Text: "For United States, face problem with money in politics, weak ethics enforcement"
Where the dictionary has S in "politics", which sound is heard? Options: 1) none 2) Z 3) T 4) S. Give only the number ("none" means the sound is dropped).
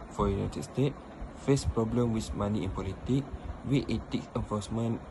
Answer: 1